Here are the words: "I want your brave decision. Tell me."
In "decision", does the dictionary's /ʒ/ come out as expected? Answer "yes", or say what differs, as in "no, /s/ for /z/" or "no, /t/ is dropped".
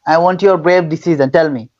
no, /z/ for /ʒ/